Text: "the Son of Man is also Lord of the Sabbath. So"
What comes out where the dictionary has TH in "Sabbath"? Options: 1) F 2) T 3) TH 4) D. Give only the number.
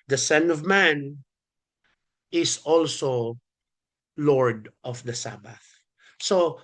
3